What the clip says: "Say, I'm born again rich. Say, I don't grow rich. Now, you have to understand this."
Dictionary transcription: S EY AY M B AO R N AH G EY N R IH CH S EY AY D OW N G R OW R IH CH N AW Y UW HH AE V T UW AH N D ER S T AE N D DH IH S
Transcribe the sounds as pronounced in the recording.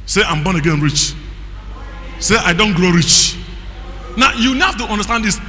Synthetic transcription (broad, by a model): S EY AY M B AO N AH G EY N R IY CH S EY AY D OW N G R OW R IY CH N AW Y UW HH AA F T UW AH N D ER S T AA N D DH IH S